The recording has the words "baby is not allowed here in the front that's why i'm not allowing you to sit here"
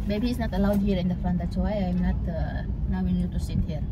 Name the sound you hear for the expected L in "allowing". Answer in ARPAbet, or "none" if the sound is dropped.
N